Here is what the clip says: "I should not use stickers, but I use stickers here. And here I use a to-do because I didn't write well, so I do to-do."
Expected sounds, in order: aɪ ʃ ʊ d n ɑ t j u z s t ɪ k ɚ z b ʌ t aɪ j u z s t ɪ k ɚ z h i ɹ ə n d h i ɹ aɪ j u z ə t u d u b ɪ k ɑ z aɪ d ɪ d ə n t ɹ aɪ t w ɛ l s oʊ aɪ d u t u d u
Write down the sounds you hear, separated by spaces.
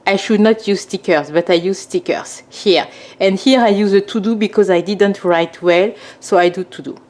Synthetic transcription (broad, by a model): aɪ ʃ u d n ɑ t j u z s t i k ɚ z b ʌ t aɪ j u z s t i k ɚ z h i ɹ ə n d h i ɹ aɪ j u z ə t u d u b ɪ k ɑ z aɪ d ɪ d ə n t ɹ aɪ t w ɛ l s oʊ aɪ d u t u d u